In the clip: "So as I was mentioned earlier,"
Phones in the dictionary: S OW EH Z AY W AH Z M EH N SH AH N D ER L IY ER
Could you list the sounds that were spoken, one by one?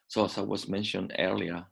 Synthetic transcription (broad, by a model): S OW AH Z AY W AH Z M EH N SH AH N D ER L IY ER